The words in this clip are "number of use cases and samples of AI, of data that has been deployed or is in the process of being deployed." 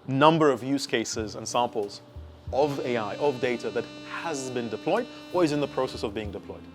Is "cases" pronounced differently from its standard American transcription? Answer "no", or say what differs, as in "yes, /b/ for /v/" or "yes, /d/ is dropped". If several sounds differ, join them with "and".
no